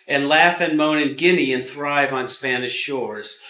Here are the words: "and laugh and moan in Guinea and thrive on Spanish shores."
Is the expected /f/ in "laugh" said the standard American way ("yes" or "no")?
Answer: yes